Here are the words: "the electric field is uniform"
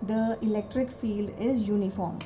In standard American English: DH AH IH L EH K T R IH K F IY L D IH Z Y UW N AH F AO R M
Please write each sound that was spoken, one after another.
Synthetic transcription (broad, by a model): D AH IH L EH K T R IH K F IY L D IH Z Y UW N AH F AO R M